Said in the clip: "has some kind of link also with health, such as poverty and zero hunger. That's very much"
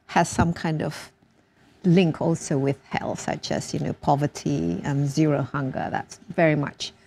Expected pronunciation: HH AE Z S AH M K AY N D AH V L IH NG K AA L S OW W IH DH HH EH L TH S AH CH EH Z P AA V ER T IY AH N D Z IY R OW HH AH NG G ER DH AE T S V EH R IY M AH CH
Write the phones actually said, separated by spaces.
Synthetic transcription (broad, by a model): HH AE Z S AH M K AY N D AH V L IH NG K AA L S OW W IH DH HH EH L S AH CH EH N P AA V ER T IY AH N Z IY R OW HH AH NG G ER DH AE T S V EH R IY M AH CH